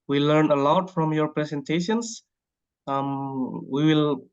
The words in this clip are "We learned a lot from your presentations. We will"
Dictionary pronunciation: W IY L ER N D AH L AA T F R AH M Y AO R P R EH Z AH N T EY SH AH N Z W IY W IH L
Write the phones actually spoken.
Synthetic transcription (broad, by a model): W IY L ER N AH L AA T F R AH M Y AO R P R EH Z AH N T EY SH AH N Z W IY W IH L